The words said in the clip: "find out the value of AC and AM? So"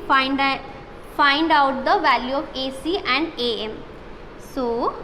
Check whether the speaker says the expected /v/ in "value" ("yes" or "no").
yes